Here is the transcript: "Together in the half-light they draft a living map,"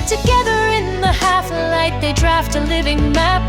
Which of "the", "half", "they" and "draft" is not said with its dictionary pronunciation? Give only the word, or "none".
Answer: none